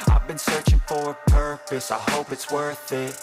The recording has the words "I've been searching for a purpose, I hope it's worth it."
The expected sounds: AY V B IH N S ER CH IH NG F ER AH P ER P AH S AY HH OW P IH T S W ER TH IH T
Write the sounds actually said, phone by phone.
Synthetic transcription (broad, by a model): AY V B IH N S ER CH IH NG F ER AH P ER P AH S AY HH OW P IH T S W ER TH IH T